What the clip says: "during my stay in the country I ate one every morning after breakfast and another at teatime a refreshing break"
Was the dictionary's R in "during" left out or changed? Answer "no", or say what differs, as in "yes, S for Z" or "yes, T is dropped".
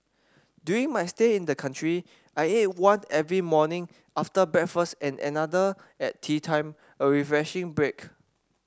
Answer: yes, R is dropped